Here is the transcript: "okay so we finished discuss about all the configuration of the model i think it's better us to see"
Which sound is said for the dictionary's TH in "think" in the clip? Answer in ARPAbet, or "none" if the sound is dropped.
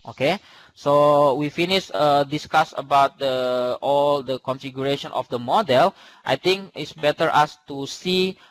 T